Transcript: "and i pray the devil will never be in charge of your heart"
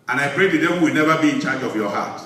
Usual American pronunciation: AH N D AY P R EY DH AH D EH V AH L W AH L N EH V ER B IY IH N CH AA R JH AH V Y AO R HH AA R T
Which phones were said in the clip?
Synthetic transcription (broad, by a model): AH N AY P R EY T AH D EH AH W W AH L N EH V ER B IY IH N CH AA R JH AH V Y AO HH AA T